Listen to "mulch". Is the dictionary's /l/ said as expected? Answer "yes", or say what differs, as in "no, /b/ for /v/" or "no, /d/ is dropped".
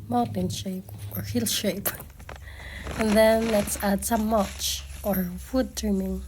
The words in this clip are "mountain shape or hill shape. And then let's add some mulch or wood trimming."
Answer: no, /l/ is dropped